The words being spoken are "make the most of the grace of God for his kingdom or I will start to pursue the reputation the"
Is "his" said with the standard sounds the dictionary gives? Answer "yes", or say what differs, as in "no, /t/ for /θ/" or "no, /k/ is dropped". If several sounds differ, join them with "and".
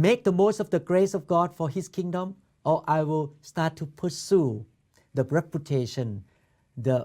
no, /s/ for /z/